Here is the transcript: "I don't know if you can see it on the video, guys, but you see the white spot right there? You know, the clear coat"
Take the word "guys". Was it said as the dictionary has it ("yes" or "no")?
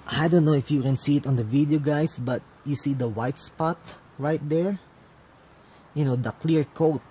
no